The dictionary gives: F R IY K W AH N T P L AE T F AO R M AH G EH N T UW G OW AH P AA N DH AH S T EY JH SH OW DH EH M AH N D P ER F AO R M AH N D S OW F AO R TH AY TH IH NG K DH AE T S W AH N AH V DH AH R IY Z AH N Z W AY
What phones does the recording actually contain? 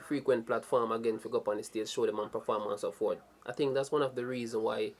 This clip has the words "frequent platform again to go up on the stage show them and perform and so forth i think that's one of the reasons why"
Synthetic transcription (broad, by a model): F R IY K W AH N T P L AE T F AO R M AH G EH N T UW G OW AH P AA N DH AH S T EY Z SH OW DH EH M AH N P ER F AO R M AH N S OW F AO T AY TH IH NG K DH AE T S W AH N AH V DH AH R IY Z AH N W AY